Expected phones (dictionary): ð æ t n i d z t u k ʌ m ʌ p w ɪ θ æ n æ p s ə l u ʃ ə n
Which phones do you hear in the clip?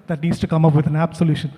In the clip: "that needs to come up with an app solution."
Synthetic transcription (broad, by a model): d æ t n i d s t u k ʌ m ʌ p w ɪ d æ n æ b s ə l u ʃ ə n